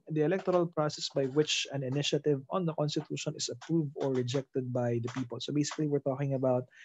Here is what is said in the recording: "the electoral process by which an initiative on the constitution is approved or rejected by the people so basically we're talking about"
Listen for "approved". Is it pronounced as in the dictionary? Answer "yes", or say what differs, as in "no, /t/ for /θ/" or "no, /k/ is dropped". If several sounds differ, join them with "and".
yes